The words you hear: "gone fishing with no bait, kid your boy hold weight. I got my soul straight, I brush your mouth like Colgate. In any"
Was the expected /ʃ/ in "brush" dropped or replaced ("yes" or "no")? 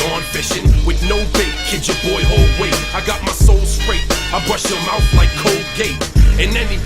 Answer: no